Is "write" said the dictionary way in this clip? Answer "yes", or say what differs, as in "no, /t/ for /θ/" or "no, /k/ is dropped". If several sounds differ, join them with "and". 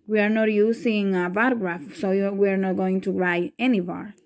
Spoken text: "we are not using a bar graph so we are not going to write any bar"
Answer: no, /t/ is dropped